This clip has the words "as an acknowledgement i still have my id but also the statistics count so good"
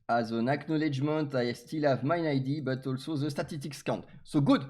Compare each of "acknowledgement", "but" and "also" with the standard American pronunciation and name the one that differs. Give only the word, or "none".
none